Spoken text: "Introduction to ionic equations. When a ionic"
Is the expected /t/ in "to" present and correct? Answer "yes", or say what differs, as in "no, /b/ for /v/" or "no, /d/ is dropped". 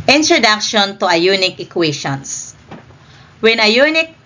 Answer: yes